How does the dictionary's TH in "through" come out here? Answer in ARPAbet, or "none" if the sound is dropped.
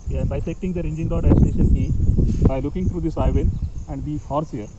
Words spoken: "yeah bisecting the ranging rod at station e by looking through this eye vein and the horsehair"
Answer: T